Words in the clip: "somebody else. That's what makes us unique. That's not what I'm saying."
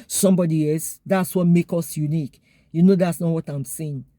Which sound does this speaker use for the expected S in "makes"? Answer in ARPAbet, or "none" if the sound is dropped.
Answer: none